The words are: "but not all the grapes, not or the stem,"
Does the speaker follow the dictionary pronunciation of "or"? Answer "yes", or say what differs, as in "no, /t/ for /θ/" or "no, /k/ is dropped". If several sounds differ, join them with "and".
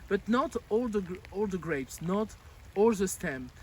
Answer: no, /l/ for /ɹ/